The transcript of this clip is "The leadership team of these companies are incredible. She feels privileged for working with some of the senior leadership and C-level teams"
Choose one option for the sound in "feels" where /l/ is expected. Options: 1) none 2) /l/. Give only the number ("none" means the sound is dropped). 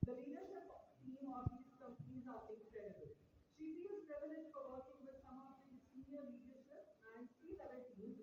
1